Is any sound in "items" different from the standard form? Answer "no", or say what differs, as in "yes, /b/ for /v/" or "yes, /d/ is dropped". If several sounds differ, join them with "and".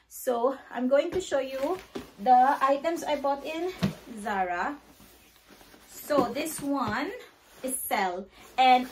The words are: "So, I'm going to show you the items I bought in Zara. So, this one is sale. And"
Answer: yes, /s/ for /z/